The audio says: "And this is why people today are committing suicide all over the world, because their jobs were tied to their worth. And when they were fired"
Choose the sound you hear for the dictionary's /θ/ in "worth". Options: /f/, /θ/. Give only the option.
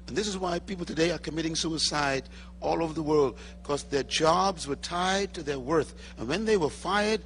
/θ/